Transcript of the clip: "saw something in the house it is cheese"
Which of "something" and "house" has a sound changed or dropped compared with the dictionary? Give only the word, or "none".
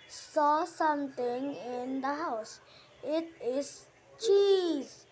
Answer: something